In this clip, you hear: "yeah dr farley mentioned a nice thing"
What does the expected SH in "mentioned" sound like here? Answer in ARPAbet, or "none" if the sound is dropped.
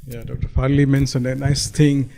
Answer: S